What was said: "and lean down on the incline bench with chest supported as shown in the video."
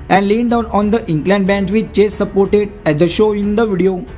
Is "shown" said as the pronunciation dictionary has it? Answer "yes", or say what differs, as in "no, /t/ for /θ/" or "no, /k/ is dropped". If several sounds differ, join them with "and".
no, /n/ is dropped